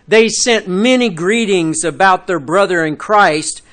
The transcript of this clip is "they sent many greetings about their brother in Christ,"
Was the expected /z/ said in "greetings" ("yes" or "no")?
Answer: yes